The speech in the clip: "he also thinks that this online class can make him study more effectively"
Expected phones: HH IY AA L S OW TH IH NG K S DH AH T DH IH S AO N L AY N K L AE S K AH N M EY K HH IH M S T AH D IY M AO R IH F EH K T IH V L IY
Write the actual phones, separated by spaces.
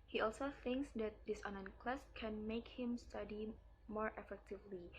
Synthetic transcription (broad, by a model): HH IY AA L S OW TH IH NG K S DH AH T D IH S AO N AY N K L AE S K AH N M EY K HH IH M S T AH D IY M AO R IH F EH K T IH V L IY